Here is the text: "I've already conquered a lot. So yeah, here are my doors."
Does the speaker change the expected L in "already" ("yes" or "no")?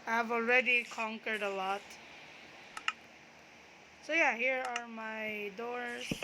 no